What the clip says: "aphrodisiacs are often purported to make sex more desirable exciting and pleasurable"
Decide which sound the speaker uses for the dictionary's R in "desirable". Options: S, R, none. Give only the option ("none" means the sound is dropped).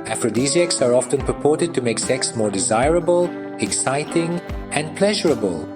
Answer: R